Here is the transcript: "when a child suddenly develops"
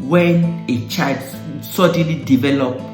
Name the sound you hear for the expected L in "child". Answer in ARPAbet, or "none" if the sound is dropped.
none